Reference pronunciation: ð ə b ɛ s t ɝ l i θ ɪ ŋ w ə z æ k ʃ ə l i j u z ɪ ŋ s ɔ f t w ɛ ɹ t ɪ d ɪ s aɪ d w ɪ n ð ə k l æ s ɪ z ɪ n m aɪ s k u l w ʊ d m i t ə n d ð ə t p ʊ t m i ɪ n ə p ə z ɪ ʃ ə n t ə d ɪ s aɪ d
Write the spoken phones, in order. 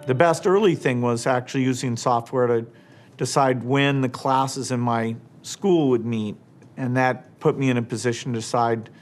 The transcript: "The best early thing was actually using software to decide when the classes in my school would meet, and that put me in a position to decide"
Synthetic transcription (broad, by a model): ð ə b ɛ s t ɝ l i θ ɪ ŋ w ə z æ k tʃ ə l i j u z ɪ ŋ s ɔ f t w ɛ ɹ t ɪ d ɪ s aɪ d w ɪ n ð ə k l æ s ɪ z ɪ n m aɪ s k u l w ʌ d m i t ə n ð ə t p ʊ t m i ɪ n ə p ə z ɪ ʃ n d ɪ s aɪ d